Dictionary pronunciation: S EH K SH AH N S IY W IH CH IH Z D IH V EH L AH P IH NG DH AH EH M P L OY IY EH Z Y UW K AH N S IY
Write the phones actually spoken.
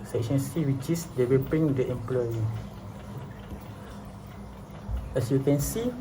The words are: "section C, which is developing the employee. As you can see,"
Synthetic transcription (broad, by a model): S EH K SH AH N S IY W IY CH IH S D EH W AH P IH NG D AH EH M P L OY IY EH S Y UW K AH N S IY